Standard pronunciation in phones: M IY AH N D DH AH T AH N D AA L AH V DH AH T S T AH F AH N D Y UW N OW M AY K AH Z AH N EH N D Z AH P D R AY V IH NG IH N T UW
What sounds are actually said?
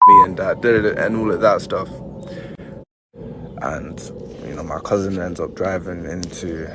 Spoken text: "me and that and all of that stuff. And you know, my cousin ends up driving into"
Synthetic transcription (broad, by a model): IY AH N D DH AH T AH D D AA L AH V DH AH T S T AH F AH N Y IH N OW M AY K AH Z AH N EH N D Z AH P D R AY V IH NG IH N T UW